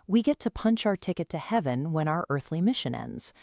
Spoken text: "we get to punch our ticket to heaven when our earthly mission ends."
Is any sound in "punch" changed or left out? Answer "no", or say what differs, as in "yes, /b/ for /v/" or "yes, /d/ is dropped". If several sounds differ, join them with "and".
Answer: no